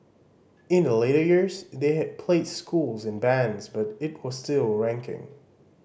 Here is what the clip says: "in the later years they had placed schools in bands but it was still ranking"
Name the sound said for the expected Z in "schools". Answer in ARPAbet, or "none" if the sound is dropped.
Z